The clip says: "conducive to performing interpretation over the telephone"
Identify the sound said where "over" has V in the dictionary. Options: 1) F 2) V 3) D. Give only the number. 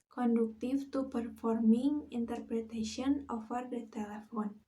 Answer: 1